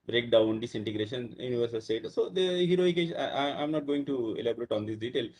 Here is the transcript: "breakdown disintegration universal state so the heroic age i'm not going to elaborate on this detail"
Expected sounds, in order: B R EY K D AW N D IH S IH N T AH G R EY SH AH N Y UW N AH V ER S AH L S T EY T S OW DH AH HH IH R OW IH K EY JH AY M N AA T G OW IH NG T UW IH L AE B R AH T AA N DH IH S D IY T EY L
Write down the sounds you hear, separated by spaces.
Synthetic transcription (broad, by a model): B R EY K D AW N D IH S IH N T AH G R EY SH AH N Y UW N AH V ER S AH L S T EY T S OW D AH HH IH R OW IH K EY SH AY M N AA T G OW IH NG T UW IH L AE B R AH T AA N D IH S D IY T EY L